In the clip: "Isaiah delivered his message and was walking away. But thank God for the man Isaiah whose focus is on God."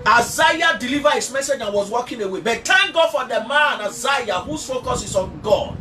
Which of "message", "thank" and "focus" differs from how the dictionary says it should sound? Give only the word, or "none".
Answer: thank